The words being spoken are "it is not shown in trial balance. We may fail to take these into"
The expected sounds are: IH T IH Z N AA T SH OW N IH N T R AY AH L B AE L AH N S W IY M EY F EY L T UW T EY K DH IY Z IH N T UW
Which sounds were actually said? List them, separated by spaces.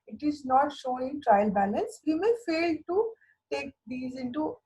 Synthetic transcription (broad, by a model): IH T IH Z N AA T SH OW N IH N T R AY AH L B AE L AH N S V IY M EY F EY L T UW T EY K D IY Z IH N T UW